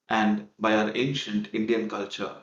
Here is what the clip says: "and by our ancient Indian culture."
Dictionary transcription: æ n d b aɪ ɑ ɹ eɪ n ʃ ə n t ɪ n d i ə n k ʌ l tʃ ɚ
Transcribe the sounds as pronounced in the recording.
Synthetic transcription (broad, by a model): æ n d b aɪ ɑ ɹ eɪ n ʃ ə n t ɪ n d i ə n k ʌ l tʃ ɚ